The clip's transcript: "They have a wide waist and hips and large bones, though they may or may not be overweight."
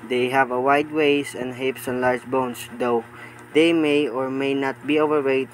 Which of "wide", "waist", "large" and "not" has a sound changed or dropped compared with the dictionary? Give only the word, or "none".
waist